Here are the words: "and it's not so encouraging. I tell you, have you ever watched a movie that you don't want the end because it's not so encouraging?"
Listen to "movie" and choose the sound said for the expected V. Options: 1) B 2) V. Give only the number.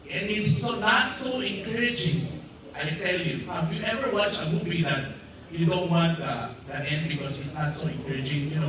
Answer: 1